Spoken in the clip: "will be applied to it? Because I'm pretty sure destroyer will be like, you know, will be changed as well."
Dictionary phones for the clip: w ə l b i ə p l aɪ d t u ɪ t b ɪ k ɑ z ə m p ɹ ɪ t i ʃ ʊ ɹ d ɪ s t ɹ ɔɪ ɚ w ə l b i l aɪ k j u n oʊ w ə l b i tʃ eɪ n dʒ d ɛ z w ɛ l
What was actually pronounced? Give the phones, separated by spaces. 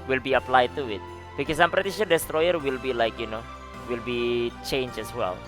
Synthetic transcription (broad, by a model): w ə l b i ə p l aɪ d t u ɪ t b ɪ k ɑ s ə m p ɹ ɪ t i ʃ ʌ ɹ d ɪ s t ɹ ɔɪ ɚ w ə l b i l aɪ k j u n oʊ w ə l b i tʃ eɪ n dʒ ɛ s w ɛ l